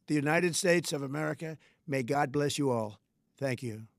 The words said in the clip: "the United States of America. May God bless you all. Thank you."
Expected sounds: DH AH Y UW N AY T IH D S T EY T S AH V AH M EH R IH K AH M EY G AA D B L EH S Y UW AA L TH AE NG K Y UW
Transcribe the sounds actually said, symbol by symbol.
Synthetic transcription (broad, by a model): DH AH Y UW N AY T IH D S T EY T S AH V AH M EH R IH K AH M EY G AA D B L EH S Y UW AA L TH AE NG K Y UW